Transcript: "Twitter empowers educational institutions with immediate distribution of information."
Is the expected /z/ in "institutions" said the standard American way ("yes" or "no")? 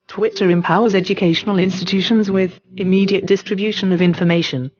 yes